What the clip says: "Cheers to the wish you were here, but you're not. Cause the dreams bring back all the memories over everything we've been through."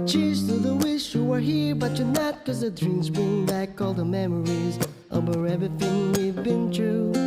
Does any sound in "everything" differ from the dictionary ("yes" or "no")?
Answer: yes